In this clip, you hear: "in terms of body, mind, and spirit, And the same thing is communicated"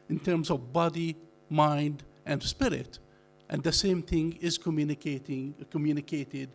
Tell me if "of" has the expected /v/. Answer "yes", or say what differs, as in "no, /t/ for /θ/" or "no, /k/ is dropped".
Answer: yes